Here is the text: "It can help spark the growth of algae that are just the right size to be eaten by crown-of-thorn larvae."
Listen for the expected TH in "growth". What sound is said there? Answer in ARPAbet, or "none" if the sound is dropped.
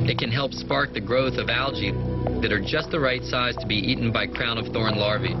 TH